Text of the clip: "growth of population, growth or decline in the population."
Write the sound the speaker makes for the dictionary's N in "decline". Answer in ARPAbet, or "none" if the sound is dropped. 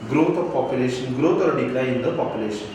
none